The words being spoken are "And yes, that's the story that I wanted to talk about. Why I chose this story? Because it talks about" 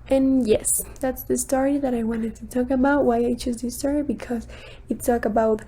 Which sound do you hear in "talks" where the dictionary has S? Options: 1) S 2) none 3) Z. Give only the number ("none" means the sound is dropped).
2